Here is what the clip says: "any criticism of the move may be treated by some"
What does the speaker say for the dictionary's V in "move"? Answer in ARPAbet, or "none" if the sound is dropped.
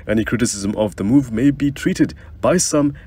V